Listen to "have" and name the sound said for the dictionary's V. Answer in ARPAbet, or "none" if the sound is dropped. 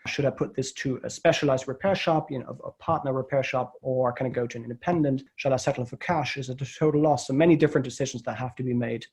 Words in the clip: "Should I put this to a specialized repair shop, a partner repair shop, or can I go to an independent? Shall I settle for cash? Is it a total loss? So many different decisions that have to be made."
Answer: F